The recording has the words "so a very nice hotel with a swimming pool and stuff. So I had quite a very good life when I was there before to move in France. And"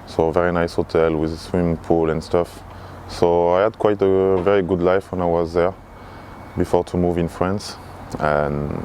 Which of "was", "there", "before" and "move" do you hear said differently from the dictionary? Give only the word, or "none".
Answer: none